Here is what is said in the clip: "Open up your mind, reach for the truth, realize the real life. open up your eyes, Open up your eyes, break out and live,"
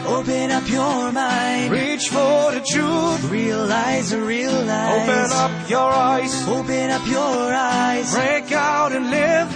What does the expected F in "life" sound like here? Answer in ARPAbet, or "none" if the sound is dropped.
none